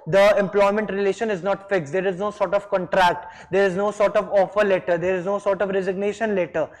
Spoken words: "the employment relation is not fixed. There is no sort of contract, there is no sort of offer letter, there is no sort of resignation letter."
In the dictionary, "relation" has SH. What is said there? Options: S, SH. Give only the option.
SH